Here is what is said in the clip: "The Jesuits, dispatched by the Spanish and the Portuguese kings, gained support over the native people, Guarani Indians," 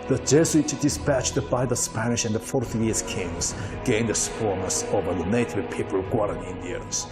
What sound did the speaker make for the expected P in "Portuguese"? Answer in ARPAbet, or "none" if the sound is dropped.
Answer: F